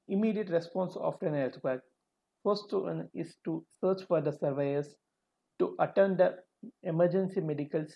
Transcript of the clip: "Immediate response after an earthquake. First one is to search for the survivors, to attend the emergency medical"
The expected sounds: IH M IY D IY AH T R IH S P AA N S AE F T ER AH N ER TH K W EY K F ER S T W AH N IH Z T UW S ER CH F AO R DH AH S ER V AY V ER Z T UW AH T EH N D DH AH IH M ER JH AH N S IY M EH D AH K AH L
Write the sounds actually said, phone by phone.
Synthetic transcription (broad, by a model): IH M IY D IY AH T R IH S P AA N S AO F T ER AH N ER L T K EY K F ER S T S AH N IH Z T UW S ER CH F AO R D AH S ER V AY ER S T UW AH T EH N D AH IH M ER JH AH N S IY M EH D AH K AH L